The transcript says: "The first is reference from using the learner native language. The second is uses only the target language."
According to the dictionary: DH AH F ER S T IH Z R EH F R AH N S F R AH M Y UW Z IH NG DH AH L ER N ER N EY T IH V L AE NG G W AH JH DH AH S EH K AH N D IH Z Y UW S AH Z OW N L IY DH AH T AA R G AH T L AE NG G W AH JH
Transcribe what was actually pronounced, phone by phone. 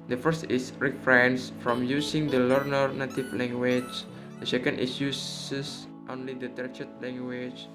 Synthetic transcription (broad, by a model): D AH F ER S T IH S R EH F R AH N S F R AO M Y UW S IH NG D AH L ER N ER N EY T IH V L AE NG G W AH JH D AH S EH K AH N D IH S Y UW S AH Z OW N L IY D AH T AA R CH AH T L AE NG G W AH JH